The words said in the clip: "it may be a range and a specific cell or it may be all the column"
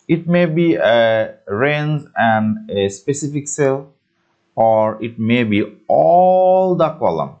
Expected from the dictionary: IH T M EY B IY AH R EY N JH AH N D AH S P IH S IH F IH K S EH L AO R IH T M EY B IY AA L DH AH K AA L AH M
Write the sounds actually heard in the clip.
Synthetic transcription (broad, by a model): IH T M EY B IY AH R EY N Z AH N D AH S P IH S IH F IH K S EH L AO R IH T M EY B IY AA L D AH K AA L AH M